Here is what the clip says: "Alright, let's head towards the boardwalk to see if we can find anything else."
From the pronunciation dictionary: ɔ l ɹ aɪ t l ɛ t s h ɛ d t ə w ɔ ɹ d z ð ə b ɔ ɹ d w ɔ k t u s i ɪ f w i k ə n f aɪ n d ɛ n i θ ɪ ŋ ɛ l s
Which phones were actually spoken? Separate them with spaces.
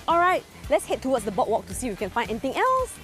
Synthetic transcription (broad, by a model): ɔ l ɹ aɪ t l ɛ t s h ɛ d t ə w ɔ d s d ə b ɔ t w ɔ k t u s i w i k ə n f aɪ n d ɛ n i t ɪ ŋ ɛ l s